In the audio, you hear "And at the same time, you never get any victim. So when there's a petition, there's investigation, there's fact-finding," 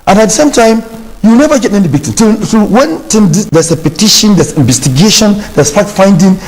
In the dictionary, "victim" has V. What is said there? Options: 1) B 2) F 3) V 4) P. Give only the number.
1